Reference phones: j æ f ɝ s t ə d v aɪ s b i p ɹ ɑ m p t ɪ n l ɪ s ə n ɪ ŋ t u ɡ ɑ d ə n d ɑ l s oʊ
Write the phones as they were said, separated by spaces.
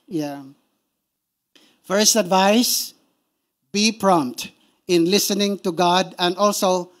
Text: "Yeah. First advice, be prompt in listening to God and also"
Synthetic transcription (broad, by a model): j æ f ɝ s t ə d v aɪ s b i p ɹ ɑ m p t ɪ n l ɪ s ə n ɪ ŋ t u ɡ ɑ d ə n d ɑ l s oʊ